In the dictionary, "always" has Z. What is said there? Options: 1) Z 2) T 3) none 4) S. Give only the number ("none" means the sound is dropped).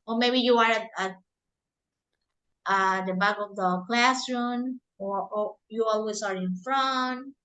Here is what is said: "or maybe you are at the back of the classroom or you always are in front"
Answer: 4